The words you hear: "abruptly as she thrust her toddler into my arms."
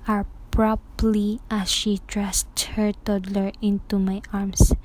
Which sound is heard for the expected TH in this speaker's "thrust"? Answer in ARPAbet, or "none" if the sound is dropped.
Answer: T